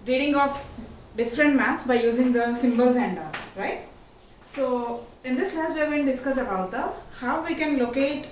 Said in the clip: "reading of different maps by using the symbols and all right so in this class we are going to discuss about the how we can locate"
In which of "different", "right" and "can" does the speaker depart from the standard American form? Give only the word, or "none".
none